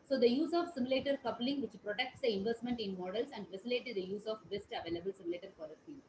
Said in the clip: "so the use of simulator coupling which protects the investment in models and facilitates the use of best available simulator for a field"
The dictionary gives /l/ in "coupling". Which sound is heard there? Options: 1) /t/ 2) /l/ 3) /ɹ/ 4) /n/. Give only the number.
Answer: 2